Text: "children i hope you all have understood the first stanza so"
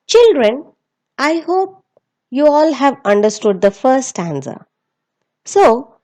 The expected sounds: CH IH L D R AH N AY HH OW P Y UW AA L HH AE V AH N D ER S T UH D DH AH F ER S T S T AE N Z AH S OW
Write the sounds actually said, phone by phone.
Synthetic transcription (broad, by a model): CH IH L D R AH N AY HH OW P Y UW AA L HH AE V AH N D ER S T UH D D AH F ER T S T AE N S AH S OW